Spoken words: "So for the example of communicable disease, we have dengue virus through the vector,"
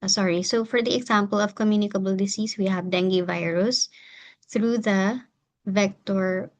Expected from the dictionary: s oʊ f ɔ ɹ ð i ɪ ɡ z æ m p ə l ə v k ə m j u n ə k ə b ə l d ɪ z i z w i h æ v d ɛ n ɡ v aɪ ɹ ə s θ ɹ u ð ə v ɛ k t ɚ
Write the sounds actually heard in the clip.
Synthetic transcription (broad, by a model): s oʊ f ɔ ɹ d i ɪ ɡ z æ m p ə l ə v k ə m j u n ə k ə b ə l d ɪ s i s w i h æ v d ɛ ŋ ɡ v aɪ ɹ ə s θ ɹ u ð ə v ɛ k t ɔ